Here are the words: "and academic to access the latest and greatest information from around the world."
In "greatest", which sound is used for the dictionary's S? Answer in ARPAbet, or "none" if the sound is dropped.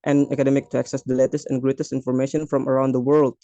S